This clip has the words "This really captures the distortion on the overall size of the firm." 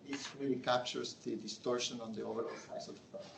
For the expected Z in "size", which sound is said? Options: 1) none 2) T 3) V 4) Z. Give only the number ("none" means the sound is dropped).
1